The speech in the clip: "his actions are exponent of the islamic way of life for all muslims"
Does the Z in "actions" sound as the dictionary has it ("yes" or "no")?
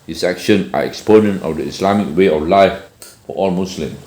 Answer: no